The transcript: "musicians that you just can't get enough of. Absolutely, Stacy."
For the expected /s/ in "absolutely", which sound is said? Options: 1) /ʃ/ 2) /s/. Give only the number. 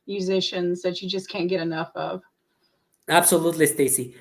2